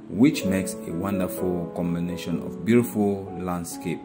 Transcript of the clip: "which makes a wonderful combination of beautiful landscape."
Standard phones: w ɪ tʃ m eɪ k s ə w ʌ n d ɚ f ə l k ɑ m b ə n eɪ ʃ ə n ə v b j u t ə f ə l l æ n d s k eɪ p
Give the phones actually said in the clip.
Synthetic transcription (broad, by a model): w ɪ tʃ m eɪ k s ə w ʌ n d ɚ f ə l k ɑ m b ə n eɪ ʃ ə n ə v b j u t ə f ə l l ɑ n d s k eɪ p